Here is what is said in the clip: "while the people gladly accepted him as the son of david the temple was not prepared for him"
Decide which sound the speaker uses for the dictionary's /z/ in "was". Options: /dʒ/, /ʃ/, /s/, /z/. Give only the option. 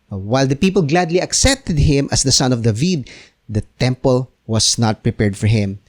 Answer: /s/